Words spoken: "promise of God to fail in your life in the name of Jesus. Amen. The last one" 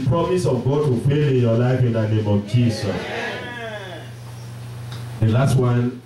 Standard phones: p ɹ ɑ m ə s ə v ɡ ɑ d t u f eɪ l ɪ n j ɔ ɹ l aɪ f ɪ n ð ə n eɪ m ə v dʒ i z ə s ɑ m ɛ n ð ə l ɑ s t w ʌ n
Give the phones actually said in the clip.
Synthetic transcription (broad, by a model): p ɹ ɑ m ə s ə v ɡ ɑ d t u p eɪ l ɪ n j ɔ l aɪ f ɪ n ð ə n eɪ m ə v dʒ i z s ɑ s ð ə l ɑ s t w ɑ n